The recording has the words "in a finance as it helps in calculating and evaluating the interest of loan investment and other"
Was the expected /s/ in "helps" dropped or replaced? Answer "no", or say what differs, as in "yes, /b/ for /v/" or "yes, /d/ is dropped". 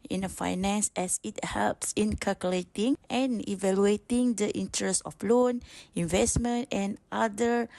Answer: no